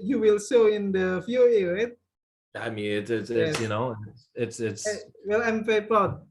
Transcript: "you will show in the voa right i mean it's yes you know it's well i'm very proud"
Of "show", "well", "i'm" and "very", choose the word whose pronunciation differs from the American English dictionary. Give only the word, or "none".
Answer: show